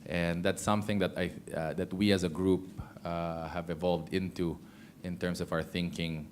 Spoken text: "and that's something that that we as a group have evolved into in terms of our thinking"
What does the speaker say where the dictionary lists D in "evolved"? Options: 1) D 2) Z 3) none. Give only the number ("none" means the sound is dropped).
1